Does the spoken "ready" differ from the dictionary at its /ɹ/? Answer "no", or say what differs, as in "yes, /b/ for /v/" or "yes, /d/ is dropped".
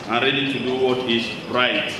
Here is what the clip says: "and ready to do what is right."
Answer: no